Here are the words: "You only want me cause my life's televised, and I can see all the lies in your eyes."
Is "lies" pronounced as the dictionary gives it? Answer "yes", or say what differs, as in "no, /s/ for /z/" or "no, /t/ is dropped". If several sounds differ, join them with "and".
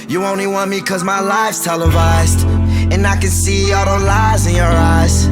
yes